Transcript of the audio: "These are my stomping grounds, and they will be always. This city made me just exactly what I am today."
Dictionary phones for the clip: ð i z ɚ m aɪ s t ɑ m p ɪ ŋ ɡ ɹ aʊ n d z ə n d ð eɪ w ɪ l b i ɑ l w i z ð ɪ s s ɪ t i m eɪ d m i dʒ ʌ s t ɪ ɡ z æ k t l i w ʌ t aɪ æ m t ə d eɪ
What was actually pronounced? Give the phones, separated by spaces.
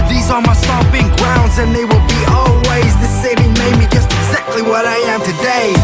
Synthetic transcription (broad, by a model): ð i z ɚ m aɪ s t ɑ p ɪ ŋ ɡ ɹ aʊ n d z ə n ð eɪ w ɪ l b i ɑ l w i z ð ɪ s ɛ ɪ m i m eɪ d m i dʒ ʌ s t ɪ ɡ z æ k t l i w ʌ t aɪ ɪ m t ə d eɪ